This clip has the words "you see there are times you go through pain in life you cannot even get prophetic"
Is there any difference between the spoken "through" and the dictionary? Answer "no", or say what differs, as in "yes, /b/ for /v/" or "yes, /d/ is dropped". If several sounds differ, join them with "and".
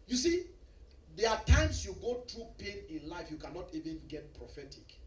yes, /t/ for /θ/